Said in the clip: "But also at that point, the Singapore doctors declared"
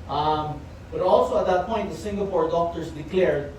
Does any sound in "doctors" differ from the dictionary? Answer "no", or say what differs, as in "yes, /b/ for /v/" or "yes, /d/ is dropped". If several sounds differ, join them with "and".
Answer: yes, /s/ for /z/